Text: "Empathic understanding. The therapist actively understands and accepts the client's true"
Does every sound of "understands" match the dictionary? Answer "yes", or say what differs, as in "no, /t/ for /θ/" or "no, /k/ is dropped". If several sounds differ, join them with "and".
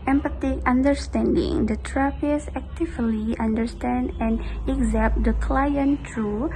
no, /z/ is dropped